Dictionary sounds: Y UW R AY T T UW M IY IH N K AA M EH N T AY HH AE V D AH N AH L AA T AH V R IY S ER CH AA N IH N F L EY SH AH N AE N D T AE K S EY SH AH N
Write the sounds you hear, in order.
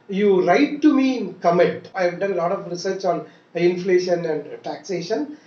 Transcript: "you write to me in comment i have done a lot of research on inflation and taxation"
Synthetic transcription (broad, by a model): Y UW R AY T T UW M IY IH N K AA M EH T AY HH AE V D AH N L AA T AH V R IY S ER CH AA N IH N F L EY SH AH N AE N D T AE K S EY SH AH N